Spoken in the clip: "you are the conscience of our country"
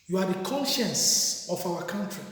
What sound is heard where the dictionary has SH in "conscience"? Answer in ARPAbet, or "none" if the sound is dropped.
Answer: SH